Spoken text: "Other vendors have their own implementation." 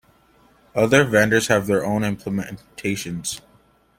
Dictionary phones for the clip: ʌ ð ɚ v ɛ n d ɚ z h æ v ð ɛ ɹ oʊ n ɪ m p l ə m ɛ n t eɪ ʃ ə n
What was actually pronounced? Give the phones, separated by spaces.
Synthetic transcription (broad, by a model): ʌ ð ɚ v ɛ n d ɚ z h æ v ð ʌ ɹ oʊ n ɪ m p l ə m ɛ n t eɪ ʃ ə n